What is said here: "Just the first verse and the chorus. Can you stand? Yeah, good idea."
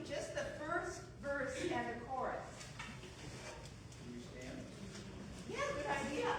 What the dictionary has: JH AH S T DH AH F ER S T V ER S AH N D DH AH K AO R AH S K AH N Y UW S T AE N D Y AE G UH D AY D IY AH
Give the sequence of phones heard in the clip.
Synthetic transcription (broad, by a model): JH AH S T DH AH F ER S T V ER S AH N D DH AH K AO R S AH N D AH S T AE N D Y AE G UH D AY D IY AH